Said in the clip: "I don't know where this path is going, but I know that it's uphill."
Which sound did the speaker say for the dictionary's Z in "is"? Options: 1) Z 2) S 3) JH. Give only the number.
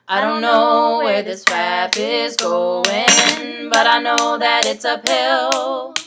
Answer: 1